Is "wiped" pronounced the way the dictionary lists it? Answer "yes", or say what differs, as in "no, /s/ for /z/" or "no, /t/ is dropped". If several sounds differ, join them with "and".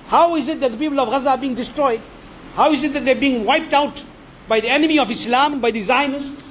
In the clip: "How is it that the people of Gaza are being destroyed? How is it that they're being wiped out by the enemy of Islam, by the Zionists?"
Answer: yes